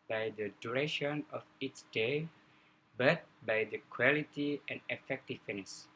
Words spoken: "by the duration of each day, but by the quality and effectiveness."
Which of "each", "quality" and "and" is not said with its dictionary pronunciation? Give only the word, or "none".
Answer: each